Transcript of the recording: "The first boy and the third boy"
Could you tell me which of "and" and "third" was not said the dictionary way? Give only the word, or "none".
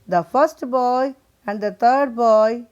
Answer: third